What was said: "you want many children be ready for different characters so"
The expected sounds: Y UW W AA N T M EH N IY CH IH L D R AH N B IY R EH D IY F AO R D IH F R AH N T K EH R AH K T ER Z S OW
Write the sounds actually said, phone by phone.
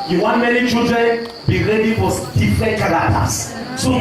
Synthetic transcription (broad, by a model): Y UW W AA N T M EH N IY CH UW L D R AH N B IY R EH D IY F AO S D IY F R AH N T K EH L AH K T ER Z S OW